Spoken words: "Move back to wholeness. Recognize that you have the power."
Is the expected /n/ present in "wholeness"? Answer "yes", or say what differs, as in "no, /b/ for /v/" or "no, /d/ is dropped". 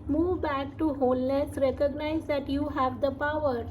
no, /l/ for /n/